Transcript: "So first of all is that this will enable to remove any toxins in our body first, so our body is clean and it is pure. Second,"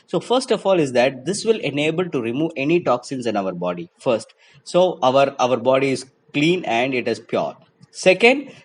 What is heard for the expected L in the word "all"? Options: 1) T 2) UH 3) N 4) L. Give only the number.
4